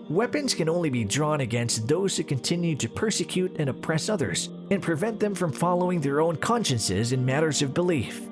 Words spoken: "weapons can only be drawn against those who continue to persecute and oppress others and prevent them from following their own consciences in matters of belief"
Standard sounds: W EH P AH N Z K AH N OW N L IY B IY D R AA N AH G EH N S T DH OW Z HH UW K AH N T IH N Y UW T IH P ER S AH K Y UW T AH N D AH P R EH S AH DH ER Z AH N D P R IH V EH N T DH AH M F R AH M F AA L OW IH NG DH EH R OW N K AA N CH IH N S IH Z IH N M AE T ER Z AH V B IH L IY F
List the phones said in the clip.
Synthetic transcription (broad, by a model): W EH P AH N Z K AH N OW N L IY B IY D R AA N AH G EH N S T DH OW Z HH UW K AH N T IH N Y UW T IH P ER S AH K Y UW T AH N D AH P R EH S AH DH ER Z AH N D P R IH V EH N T DH AH M F R AH M F AA L OW IH NG DH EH R OW N K AA N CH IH N S IH Z IH N M AE T ER Z AH V B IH L IY F